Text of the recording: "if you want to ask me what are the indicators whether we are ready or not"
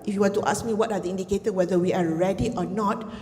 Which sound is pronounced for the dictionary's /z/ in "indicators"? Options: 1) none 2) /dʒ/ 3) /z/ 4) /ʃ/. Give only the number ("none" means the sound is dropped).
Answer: 1